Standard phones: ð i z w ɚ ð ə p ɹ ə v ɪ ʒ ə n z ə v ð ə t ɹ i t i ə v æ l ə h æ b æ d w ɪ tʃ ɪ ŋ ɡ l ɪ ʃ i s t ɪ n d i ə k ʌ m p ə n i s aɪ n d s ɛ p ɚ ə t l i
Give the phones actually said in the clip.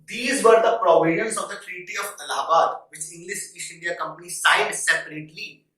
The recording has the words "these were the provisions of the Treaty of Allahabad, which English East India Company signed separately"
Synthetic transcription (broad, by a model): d i z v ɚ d ə p ɹ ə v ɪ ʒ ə n s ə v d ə t ɹ i t i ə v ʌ l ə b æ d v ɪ tʃ ɪ ŋ ɡ l ɪ ʃ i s ɪ n d i ə k ʌ m p ə n i s aɪ n d s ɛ p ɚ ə t l i